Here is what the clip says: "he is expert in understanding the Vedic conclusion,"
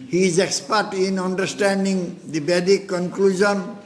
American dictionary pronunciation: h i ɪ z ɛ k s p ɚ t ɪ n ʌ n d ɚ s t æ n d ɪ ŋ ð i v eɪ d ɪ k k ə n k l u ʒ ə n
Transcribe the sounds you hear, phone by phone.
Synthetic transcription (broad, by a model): h i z ɛ k s p ɚ t ɪ n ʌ n d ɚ s t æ n d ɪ ŋ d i b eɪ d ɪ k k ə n k l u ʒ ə n